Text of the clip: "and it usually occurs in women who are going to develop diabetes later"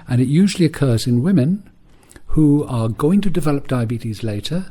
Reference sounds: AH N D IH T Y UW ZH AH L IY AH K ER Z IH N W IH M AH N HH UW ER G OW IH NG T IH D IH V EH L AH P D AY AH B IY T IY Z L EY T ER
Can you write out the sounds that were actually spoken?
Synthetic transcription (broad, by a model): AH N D IH T Y UW ZH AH L IY AH K ER Z IH N W IH M AH N HH UW ER G OW IH NG T IH D IH V EH L AH P D AY AH B IY T IY Z L EY T ER